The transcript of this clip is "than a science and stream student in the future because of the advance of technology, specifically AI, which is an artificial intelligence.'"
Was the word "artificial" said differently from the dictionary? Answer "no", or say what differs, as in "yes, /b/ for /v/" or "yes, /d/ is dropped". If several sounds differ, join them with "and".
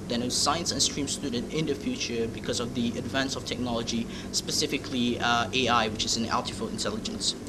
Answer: yes, /l/ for /ɹ/ and /ʃ/ is dropped